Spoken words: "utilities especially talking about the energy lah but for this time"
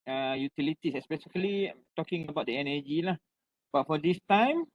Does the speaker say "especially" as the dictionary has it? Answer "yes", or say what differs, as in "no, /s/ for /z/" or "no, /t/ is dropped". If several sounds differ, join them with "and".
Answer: no, /s/ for /ʃ/